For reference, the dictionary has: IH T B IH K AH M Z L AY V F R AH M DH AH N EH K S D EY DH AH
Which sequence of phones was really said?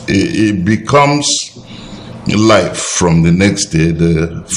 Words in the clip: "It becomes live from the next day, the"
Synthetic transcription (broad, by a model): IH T B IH K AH M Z L AY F R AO M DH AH N EH K S D EY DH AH